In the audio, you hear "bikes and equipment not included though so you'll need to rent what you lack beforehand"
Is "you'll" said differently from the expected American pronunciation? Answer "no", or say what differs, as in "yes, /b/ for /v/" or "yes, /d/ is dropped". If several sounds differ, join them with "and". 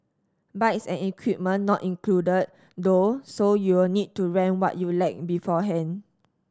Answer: yes, /w/ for /l/